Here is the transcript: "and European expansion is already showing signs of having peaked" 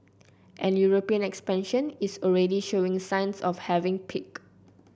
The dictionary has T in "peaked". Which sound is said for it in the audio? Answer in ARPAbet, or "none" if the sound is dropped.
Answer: none